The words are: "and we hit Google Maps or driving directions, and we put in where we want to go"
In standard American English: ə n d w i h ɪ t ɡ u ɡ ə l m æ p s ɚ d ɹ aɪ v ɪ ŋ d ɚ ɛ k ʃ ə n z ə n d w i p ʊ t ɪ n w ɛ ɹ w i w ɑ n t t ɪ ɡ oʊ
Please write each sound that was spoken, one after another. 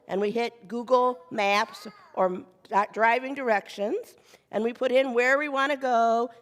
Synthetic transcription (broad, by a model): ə n w i h ɪ t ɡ u ɡ l m æ p s ɚ d ɹ aɪ v ɪ ŋ d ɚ ɛ k ʃ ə n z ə n w i p ʊ t ɪ n w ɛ ɹ w i w ɑ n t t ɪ ɡ oʊ